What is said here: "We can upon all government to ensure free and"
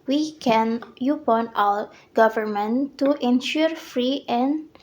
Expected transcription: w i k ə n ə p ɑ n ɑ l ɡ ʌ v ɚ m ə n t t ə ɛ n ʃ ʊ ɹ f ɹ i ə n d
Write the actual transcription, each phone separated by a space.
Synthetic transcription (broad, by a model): w i k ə n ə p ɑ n ɑ w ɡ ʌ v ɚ m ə n t t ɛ n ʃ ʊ ɹ f ɹ i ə n